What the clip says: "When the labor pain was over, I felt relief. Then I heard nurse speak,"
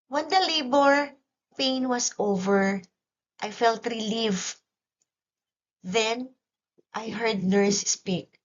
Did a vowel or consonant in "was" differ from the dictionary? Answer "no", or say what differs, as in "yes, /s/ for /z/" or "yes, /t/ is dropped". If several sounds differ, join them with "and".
yes, /s/ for /z/